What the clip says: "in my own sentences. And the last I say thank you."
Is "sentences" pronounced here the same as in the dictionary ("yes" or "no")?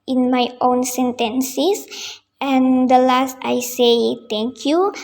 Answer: no